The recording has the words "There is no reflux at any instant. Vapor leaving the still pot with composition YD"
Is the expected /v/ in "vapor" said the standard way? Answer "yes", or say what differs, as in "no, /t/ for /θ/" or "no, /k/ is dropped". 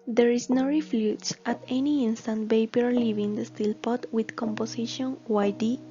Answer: no, /b/ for /v/